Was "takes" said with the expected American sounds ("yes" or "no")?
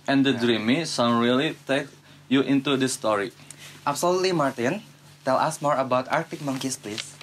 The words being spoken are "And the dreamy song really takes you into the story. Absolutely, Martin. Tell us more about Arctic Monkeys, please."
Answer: no